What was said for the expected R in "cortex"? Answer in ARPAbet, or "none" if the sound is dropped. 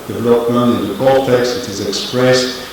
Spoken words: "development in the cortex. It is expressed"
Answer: L